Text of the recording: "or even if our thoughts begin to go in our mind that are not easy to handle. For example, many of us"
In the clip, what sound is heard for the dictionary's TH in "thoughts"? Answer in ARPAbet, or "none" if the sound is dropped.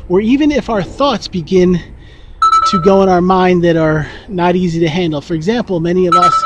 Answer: TH